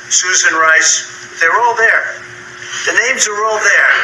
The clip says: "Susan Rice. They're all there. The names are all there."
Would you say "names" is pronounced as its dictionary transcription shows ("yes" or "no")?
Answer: yes